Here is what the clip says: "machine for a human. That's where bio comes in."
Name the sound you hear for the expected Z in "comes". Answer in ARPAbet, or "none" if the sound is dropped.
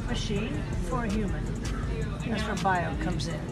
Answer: Z